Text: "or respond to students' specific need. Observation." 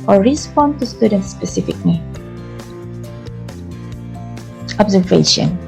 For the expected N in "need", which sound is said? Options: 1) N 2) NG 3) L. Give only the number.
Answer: 3